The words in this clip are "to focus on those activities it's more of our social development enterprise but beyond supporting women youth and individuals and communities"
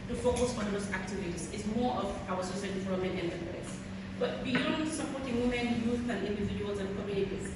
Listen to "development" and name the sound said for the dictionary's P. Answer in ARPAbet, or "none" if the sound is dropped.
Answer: none